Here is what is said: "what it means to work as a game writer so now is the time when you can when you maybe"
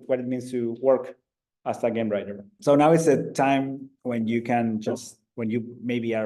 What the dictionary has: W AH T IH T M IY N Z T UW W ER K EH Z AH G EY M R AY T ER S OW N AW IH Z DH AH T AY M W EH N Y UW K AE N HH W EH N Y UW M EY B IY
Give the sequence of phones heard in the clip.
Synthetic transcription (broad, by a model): W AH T IH T M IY N S T UW W ER K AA S AH G EY M R AY T ER S OW N AW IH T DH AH T AY M W EH N Y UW K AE N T W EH N Y UW M EY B IY